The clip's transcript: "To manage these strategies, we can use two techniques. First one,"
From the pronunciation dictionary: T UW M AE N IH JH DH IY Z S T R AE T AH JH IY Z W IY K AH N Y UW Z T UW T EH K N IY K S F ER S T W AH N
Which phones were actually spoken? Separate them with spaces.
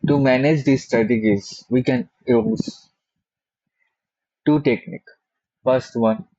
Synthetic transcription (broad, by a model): T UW M AE N IH JH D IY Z S T R AE T AH JH IY Z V IY K AH N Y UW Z T UW T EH K N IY K F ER S T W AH N